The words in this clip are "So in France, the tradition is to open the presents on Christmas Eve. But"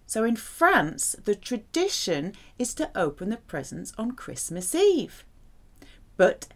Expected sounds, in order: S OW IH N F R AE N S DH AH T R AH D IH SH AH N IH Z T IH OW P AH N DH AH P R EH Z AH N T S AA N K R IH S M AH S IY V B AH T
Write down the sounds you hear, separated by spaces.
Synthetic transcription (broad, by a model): S OW IH N F R AE N S DH AH T R AH D IH SH AH N IH Z T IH OW P AH N DH AH P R EH Z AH N S N K R IH S M AH S IY V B AH T